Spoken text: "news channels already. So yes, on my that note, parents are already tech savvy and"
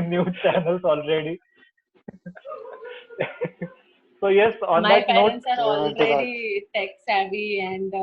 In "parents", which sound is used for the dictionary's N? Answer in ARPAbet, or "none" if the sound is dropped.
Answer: none